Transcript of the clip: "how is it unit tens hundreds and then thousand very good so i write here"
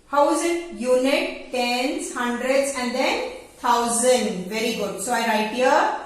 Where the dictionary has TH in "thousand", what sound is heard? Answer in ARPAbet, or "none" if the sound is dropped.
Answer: T